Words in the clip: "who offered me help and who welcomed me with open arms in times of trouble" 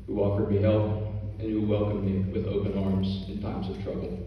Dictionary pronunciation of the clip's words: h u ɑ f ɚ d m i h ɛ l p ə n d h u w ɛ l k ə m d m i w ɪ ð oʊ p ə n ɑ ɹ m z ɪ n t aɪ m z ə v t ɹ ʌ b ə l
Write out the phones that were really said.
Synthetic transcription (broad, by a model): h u ɑ f ɚ d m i h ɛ l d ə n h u w ɛ l k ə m m i w ɪ ð oʊ p ə n ɑ ɹ m z ɪ n t aɪ m z ə v t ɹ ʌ b l